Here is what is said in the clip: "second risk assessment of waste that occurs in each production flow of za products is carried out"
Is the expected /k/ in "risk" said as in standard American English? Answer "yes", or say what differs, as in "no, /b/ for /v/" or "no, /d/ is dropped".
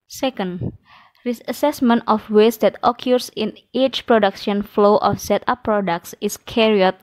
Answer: no, /k/ is dropped